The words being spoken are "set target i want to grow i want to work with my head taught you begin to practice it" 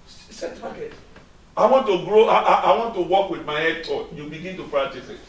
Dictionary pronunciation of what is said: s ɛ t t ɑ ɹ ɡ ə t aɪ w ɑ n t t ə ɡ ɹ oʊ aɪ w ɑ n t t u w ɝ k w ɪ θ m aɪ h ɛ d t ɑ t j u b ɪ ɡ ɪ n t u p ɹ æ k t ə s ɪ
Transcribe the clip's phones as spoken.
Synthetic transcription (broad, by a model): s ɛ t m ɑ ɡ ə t aɪ w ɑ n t t ə ɡ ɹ oʊ aɪ w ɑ n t t u w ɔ k w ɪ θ m aɪ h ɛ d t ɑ j u b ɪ ɡ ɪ n t u f ɹ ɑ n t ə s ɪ